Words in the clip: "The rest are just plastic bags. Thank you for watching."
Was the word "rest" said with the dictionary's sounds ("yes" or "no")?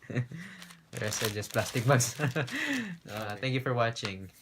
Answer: no